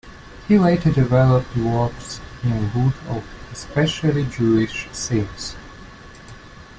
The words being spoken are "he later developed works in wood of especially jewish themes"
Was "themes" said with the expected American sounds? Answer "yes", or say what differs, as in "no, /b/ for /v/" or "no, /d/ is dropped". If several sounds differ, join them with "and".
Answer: no, /s/ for /θ/